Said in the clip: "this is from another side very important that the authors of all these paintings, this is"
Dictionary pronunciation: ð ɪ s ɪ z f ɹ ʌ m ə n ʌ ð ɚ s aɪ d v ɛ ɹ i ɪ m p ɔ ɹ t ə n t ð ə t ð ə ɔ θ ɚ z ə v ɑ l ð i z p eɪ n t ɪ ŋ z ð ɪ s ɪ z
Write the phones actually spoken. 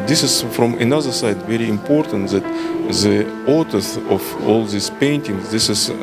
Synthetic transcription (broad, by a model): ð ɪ s ɪ z f ɹ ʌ m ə n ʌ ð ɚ s aɪ d v ɛ ɹ i ɪ m p ɔ ɹ t ə n t ð ə t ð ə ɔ t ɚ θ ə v ɑ l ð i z p eɪ n t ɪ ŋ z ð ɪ s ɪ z